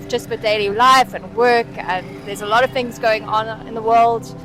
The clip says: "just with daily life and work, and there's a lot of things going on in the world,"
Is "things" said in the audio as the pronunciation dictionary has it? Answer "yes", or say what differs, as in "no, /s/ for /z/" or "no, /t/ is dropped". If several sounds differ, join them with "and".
yes